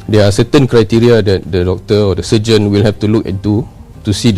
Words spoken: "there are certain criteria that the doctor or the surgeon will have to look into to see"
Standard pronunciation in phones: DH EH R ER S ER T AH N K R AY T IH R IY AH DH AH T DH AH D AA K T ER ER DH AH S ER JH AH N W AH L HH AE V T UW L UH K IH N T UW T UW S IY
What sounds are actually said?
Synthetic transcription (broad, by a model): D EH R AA S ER T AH N K R AY T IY R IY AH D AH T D AH D AA K T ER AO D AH S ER JH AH N W AH L HH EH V T UW L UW K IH T UW T UW S IY